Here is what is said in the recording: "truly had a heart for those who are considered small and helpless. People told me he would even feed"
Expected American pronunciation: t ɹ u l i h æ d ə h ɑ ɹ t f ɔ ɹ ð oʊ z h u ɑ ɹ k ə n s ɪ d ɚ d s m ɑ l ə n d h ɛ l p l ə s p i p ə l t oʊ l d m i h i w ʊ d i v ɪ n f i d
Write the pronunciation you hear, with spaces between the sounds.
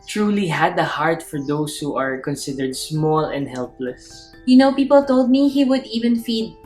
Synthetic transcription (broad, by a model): t ɹ u l i h æ d ə h ɑ ɹ t f ɔ ɹ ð oʊ s h u ɑ ɹ k ə n s ɪ d ɚ d s m ɑ l ə n d h ɛ l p l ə s p i p ə l t oʊ l d m i h i w ʊ d i v ɪ n f i d